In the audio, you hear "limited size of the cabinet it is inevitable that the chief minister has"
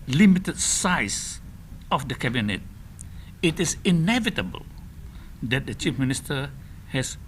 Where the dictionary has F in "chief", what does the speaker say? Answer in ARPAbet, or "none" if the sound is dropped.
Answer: F